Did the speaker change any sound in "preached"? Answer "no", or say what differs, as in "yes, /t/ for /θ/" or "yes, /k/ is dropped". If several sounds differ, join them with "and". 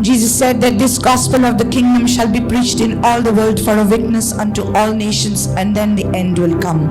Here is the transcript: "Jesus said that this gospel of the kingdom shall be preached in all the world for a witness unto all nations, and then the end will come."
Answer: no